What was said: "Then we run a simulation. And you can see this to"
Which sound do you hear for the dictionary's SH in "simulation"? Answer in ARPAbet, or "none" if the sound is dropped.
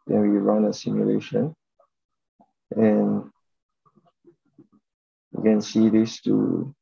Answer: SH